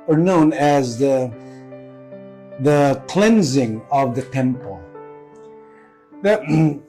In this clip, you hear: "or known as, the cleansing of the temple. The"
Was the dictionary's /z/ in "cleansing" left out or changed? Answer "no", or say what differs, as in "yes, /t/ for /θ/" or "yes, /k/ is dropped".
no